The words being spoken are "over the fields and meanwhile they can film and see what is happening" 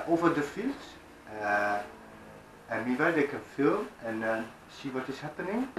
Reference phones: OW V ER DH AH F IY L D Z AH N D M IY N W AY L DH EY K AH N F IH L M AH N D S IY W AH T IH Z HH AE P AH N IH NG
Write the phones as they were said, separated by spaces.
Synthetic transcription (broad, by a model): OW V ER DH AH F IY L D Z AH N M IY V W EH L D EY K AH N F IH L M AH N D S IY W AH T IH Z HH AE P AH N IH NG